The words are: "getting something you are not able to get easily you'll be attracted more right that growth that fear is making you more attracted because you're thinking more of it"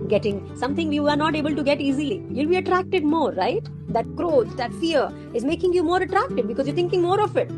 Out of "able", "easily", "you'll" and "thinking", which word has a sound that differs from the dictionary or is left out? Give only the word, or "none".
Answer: thinking